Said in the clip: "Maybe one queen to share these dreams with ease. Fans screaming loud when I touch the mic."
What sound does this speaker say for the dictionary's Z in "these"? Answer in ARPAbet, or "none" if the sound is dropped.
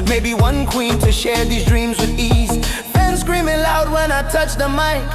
Z